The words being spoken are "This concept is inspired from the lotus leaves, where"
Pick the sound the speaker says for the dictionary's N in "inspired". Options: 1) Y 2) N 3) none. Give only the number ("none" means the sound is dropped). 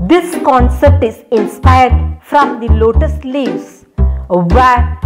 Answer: 2